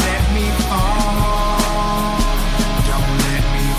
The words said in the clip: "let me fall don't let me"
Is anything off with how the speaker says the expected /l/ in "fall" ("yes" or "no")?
yes